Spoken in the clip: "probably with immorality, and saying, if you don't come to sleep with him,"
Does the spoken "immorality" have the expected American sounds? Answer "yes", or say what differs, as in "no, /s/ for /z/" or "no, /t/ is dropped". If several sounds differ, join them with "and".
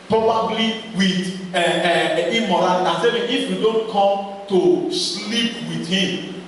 no, /m/ is dropped